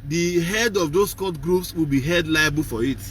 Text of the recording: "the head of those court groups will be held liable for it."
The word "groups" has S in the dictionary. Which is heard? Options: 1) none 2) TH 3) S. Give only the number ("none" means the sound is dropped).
3